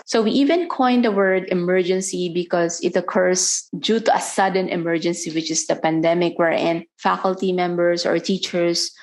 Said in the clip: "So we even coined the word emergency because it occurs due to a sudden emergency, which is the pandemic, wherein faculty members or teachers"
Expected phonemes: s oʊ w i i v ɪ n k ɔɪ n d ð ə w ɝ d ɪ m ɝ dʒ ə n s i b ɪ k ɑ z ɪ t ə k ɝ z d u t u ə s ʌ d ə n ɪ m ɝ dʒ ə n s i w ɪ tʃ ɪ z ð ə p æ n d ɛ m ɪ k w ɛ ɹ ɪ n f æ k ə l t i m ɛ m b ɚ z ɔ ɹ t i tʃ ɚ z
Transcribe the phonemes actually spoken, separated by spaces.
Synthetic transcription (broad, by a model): s oʊ w i i v ɪ n k ɔɪ n d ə w ɝ d ɪ m ɝ dʒ ə n s i b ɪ k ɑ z ɪ t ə k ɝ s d u t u ə s ʌ d ə n ɪ m ɝ dʒ ə n s i w ɪ tʃ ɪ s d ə p æ n d ɛ m ɪ k w ɛ ɹ ɪ n f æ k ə l t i m ɛ m b ɚ s ɔ ɹ t i tʃ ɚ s